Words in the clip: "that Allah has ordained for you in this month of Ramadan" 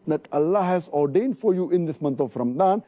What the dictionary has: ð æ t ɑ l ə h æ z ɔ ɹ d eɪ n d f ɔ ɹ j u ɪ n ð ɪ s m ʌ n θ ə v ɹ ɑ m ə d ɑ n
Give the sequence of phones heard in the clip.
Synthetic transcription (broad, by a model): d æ t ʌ l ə h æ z ɔ ɹ d eɪ n d f ɔ ɹ j u ɪ n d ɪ s m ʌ n t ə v ɹ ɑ m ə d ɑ n